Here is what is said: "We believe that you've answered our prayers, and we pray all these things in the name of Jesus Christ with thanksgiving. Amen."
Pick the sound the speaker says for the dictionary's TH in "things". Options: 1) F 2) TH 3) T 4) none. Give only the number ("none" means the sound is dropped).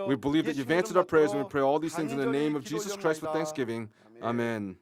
2